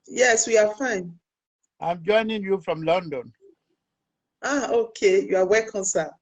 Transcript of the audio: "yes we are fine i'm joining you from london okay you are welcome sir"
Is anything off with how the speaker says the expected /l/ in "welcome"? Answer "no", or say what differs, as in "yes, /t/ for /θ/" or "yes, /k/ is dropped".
yes, /l/ is dropped